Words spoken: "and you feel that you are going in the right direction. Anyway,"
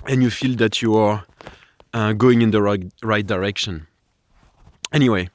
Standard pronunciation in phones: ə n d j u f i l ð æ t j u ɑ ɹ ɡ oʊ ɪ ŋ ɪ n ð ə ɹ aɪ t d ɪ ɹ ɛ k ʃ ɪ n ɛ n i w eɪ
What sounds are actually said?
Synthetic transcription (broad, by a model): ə n j u f i l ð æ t j u ɑ ɹ ɡ oʊ ɪ ŋ ɪ n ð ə ɹ aɪ t d ɪ ɹ ɛ k ʃ ɪ n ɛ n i w eɪ